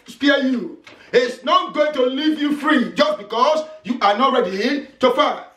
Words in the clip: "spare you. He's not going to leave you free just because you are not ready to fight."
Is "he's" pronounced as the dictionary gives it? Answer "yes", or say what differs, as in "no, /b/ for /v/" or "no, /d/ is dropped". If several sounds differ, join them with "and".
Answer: no, /s/ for /z/